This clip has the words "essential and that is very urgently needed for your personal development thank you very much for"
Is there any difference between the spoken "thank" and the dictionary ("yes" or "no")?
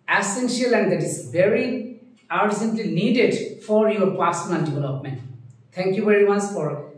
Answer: yes